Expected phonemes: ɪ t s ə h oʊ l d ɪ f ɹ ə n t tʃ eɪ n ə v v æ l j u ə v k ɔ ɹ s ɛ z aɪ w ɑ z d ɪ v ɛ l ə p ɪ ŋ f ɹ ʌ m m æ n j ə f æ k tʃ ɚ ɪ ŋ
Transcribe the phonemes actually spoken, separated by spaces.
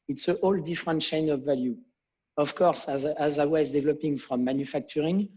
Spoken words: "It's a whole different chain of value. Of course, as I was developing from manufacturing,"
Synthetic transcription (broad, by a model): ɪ t s ə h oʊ l d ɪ f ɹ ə n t ʃ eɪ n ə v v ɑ l j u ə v k ɔ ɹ s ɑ z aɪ w ɑ z d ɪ v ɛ l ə p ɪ ŋ f ɹ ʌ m m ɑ n j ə f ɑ k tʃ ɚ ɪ ŋ